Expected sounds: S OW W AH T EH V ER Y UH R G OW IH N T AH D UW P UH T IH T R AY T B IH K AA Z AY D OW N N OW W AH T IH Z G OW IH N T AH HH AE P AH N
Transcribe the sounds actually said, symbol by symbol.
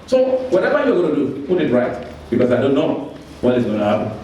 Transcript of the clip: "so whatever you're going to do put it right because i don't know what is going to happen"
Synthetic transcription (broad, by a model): S OW W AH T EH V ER Y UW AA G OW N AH D UW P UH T IH T R AY T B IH K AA S AY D OW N N OW W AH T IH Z G OW IH N T AH HH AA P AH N